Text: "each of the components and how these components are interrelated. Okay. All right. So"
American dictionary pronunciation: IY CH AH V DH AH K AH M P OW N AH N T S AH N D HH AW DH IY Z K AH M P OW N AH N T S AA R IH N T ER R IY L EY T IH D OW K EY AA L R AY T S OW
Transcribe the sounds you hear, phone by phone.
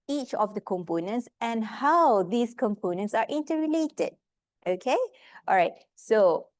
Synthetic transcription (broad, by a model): IY CH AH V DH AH K AH M P OW N AH N T S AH N HH AW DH IY S K AH M P OW N AH N T S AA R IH N T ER R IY L EY T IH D OW K EY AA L R AY T S OW